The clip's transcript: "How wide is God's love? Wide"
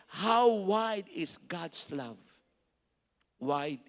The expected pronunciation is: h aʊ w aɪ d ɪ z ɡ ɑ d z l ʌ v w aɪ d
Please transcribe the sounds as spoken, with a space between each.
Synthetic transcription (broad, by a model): h aʊ w aɪ d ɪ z ɡ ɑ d s l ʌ v w aɪ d